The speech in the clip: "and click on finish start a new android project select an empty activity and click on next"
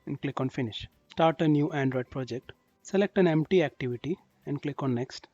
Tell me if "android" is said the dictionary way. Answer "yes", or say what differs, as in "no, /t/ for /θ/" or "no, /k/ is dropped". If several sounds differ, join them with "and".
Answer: yes